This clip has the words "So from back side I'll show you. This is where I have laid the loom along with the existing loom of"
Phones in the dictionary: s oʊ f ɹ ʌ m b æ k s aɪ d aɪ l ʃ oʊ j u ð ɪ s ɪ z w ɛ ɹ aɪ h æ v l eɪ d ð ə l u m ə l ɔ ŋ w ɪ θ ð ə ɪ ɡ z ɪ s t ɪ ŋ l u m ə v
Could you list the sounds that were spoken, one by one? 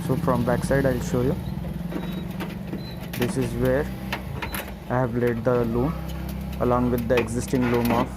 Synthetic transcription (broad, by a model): s oʊ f ɹ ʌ m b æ k s aɪ d aɪ l ʃ oʊ j u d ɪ s ɪ z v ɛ ɹ aɪ h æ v l eɪ d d ə l u m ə l ɔ ŋ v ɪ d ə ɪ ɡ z ɪ s t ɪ ŋ l u m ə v